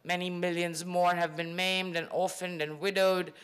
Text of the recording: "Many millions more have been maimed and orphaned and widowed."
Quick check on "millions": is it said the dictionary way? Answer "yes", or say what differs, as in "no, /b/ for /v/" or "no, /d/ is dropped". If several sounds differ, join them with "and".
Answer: yes